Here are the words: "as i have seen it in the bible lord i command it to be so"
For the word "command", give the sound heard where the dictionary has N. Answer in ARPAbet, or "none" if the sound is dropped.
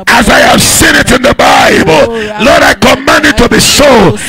N